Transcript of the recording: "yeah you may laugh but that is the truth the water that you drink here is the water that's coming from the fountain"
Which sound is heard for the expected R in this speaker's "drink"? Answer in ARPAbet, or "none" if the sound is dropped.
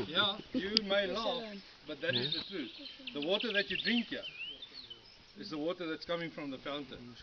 R